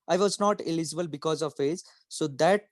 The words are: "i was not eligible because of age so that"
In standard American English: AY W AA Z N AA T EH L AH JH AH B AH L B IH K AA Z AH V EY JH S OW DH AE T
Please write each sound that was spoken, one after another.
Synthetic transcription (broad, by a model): AY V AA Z N AA T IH L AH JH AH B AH L B IH K AA Z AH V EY Z S OW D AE T